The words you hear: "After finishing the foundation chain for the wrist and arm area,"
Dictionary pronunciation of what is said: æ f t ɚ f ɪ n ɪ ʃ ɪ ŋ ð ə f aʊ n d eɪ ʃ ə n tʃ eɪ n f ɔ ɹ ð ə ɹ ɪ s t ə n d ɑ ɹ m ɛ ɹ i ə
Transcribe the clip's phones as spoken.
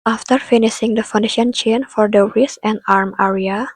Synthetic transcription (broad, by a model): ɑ f t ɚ f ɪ n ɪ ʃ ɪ ŋ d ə f aʊ n d eɪ ʃ ə n tʃ eɪ n f ɔ ɹ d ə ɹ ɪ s ə n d ɑ ɹ m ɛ ɹ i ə